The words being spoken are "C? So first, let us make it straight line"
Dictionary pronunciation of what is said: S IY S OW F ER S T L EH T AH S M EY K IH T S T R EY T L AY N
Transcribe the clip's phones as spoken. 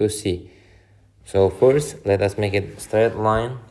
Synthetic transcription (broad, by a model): S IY S OW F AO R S L EH T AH S M EY K IH T S T R EY T L AY N